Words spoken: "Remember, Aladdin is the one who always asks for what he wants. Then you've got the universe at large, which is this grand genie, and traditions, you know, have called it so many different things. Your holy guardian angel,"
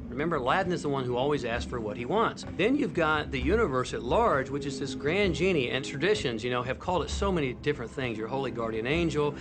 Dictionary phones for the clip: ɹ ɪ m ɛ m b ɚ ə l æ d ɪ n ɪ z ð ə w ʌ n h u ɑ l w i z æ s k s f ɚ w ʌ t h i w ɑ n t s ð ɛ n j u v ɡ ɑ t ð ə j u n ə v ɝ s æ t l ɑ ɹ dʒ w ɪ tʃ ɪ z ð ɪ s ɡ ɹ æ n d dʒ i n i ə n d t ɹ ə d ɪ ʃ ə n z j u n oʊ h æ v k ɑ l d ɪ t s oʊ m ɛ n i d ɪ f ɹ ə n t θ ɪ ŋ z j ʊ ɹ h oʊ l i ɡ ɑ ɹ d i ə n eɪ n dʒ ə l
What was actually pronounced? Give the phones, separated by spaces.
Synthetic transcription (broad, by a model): ɹ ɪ m ɛ m b ɚ l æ d n ɪ z ð ə w ʌ n h u ɑ l w i z æ s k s f ɚ w ʌ t h i w ɑ n t s ð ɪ n j u v ɡ ɑ t ð ə j u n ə v ɝ s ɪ t l ɑ ɹ dʒ w ɪ tʃ ɪ z ð ɪ s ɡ ɹ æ n dʒ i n i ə n t ɹ ə d ɪ ʃ ə n z j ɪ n oʊ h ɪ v k ɑ l d ɪ t s oʊ m ɛ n i d ɪ f ɹ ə n θ ɪ ŋ z j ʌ ɹ h oʊ l i ɡ ɑ ɹ d i ə n eɪ n dʒ l